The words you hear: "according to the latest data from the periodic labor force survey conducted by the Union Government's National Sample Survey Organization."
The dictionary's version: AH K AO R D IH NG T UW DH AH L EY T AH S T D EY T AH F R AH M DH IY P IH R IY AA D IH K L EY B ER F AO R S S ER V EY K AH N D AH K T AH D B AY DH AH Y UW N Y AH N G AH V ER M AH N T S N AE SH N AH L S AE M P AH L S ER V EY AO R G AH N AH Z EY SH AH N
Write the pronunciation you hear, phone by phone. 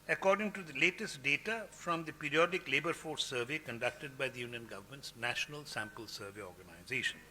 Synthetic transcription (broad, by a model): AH K AO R D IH NG T UW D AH L EY T AH S T D EY T AH F R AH M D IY P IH R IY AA D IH K L EY B ER F AO R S S ER V EY K AH N D AH K T AH D B AY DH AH Y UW N Y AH N G AH V ER M AH N T S N AE SH N AH L S AE M P AH L S ER V EY AO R G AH N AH Z EY SH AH N